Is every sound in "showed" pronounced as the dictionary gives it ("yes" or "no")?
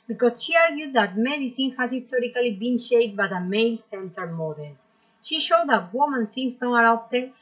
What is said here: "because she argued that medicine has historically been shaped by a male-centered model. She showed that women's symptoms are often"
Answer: yes